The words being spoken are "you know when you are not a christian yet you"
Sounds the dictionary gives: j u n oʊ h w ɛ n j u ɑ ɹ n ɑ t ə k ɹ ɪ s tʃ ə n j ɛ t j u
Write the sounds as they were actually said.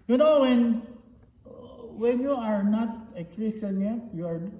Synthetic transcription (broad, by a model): j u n oʊ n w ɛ n j u ɑ ɹ n ɑ t ə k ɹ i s ə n j ɛ t j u